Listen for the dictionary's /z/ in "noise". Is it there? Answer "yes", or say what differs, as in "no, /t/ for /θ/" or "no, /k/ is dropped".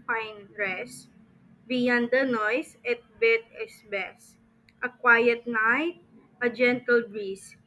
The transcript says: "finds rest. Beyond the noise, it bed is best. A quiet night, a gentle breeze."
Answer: no, /s/ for /z/